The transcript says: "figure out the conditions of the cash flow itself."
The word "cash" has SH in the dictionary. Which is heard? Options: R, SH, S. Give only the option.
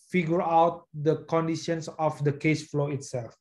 S